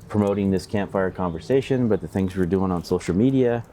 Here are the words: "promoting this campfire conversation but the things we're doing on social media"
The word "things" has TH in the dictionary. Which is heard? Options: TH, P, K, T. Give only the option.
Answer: TH